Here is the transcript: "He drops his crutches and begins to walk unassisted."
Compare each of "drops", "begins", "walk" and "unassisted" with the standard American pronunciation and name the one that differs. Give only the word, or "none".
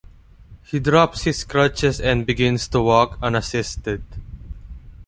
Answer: begins